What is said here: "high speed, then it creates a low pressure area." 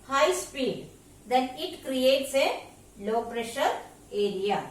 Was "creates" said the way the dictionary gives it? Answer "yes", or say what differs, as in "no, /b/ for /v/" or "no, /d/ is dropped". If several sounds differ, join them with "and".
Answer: yes